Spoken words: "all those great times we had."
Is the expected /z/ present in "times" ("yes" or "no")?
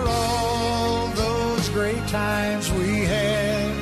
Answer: yes